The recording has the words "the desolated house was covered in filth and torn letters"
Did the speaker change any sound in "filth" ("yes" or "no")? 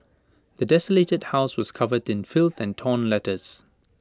no